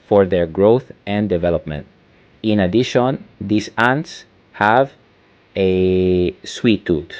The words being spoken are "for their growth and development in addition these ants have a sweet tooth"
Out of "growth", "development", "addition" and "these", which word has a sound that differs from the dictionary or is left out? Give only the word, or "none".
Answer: these